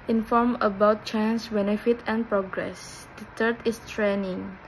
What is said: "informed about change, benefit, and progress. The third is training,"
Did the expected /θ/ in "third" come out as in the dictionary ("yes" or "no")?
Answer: no